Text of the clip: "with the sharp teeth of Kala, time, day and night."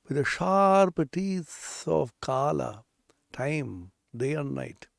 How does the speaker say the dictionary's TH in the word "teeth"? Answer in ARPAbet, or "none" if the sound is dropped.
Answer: S